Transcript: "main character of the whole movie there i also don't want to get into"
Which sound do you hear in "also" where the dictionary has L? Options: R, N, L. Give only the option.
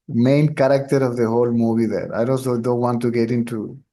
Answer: N